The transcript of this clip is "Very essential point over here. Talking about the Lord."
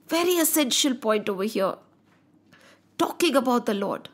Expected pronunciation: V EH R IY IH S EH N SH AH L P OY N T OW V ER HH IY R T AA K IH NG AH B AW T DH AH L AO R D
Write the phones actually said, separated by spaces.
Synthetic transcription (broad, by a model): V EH R IY IH S EH N SH AH L P OY N T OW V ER HH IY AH T AA K IH NG AH B AW T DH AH L AO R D